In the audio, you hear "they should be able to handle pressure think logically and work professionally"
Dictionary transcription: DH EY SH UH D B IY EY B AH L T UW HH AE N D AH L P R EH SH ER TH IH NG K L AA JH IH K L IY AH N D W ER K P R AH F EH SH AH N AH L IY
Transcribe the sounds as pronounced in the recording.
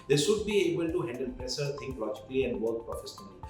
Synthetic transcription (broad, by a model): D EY S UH D B IY EY B AH L T UW HH AE N D AH L P R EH S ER T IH NG K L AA JH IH K L IY AH N D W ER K P R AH F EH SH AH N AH L IY